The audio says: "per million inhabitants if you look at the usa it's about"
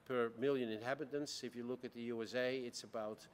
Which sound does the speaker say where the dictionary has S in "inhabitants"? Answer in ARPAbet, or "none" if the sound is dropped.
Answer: S